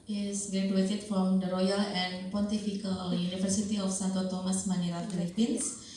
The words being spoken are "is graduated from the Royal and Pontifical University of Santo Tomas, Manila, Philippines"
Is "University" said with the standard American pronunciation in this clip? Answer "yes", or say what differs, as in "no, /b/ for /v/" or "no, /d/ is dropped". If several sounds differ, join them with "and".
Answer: no, /f/ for /v/